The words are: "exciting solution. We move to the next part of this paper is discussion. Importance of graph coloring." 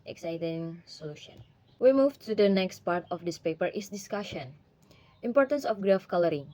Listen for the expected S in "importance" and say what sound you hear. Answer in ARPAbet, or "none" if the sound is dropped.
S